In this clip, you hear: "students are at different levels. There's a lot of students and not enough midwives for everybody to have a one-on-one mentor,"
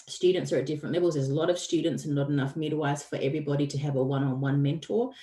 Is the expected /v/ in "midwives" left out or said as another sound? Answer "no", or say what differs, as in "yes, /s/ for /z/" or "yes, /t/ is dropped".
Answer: yes, /v/ is dropped